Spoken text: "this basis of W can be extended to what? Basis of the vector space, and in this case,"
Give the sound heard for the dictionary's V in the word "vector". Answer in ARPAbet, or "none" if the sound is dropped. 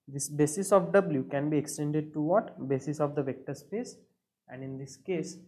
V